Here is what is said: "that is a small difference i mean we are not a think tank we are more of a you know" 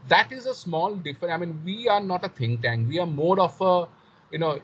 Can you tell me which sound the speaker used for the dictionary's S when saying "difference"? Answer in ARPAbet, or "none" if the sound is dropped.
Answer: none